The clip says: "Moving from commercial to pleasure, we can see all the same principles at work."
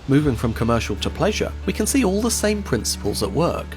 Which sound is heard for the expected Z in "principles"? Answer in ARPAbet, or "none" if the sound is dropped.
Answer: Z